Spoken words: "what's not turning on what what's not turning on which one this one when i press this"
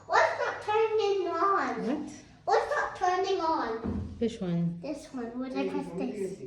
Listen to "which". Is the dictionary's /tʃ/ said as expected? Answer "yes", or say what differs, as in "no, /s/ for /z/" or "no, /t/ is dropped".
no, /s/ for /tʃ/